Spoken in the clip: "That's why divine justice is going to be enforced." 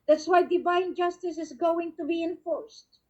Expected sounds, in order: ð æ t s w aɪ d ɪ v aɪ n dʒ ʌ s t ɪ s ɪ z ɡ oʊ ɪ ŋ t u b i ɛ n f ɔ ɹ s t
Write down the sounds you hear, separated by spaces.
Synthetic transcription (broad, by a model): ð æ t s w aɪ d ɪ b aɪ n dʒ ʌ s t ɪ s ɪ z ɡ oʊ ɪ ŋ t u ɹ i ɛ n f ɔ ɹ s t